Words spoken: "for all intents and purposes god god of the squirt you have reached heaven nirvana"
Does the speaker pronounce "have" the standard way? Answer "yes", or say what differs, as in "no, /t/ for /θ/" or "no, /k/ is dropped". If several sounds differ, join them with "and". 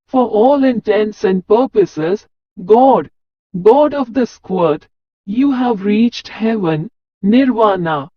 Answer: yes